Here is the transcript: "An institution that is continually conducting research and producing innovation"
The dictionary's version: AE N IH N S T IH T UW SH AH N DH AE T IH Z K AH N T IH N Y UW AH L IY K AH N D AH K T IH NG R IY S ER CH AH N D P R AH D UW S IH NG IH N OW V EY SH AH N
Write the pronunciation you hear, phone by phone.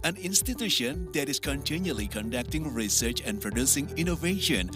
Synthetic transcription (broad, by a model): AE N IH N S T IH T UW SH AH N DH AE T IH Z K AH N T IH N Y UW AH L IY K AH N D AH K T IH NG R IY S ER CH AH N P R R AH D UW S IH NG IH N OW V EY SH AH N